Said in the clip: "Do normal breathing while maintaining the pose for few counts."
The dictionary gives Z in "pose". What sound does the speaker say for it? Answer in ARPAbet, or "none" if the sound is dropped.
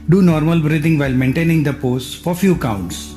S